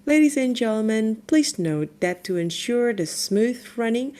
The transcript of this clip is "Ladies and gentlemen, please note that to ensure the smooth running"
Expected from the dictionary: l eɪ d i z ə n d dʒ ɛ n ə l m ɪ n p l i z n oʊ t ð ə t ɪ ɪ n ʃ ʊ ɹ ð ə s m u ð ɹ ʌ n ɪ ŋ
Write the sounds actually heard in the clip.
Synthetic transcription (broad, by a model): l eɪ d i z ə n dʒ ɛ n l m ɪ n p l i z n oʊ t ð ə t ɪ ɪ n ʃ ʊ ɹ ð ə s m u ð ɹ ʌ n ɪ ŋ